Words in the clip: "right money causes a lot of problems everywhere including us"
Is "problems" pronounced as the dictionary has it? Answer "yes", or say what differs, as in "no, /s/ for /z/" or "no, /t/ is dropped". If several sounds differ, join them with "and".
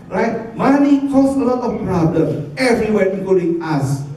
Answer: no, /z/ is dropped